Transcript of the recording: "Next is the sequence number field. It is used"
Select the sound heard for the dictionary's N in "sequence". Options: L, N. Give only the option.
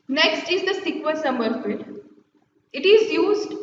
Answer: L